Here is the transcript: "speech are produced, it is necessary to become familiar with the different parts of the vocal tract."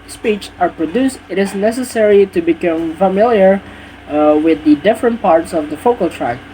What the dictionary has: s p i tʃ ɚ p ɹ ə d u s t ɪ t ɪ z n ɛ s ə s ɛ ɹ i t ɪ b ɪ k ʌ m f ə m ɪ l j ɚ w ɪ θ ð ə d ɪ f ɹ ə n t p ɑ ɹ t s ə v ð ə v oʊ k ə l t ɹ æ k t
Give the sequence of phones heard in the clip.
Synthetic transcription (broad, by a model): s p i tʃ ɚ p ɹ ə d u s t ɪ t ɪ z n ɛ s ə s ɛ ɹ i t ɪ b ɪ k ʌ m f ə m ɪ l j ɚ w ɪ ð ə d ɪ f ɹ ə n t p ɑ ɹ t s ə v ð ə f oʊ k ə l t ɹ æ k